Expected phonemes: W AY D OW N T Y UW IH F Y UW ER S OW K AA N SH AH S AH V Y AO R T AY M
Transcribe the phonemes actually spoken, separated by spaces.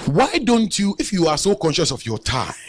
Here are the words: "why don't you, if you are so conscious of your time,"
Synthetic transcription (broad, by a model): W AY D OW N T Y UW IH F Y UW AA S OW K AA N SH AH S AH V Y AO T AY